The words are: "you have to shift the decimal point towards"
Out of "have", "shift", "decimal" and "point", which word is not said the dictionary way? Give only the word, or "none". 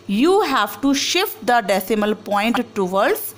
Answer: none